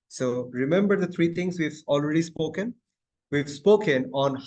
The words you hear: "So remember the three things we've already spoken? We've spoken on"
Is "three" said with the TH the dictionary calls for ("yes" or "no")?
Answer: no